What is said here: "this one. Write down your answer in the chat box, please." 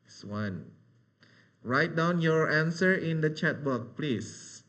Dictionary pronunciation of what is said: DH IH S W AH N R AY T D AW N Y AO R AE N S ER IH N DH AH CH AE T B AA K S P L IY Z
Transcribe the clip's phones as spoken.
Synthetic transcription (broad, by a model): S W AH N R AY T D AW N Y AO R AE N S ER IH N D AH CH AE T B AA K P L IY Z